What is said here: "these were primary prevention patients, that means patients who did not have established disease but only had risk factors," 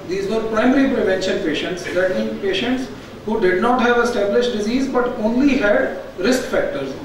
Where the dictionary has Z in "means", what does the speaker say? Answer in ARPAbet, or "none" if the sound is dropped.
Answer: none